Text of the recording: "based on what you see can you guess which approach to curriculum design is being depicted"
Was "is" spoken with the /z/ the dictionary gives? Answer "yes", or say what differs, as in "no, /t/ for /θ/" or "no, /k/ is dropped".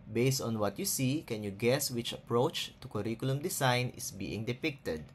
no, /s/ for /z/